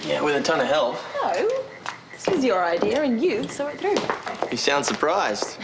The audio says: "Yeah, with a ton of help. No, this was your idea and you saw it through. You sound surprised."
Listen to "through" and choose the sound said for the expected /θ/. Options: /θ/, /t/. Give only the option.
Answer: /θ/